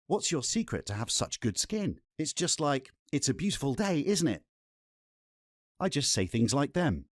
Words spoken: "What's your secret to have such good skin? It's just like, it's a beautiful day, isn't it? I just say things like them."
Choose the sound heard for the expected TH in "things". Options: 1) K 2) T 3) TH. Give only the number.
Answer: 3